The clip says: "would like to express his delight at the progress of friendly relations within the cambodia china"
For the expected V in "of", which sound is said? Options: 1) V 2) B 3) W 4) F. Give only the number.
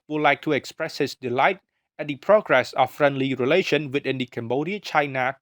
4